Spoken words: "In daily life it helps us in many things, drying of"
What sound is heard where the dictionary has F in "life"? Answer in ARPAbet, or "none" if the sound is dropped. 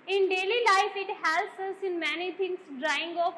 F